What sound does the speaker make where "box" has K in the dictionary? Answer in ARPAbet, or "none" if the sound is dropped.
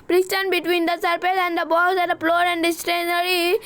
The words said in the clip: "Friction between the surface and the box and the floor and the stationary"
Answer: none